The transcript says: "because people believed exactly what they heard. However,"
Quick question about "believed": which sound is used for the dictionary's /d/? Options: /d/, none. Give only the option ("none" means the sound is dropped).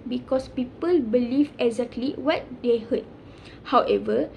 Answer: none